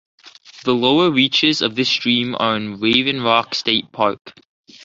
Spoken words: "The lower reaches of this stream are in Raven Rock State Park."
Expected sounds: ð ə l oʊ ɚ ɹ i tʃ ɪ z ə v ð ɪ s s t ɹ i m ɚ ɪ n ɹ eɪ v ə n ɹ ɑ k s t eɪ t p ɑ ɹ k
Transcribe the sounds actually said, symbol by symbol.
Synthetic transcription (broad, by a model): ð ə l oʊ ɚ ɹ i tʃ ɪ z ə v ð ɪ s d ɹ i m ɚ ɪ n ɹ eɪ v ə n ɹ ɑ k s t eɪ t p ɑ ɹ k